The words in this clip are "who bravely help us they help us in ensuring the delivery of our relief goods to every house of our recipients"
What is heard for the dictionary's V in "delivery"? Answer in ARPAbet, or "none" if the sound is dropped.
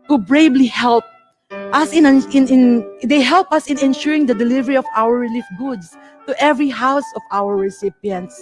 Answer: V